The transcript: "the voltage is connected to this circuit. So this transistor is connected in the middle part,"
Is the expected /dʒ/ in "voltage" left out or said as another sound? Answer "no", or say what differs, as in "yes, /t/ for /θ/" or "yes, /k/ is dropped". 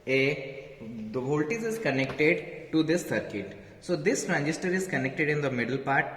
yes, /z/ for /dʒ/